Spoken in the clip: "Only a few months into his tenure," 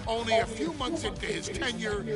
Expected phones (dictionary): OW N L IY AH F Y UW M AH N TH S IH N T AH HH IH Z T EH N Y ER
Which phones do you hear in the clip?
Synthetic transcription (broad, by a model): OW N L IY AH F Y UW M AH N TH S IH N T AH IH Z T EH N Y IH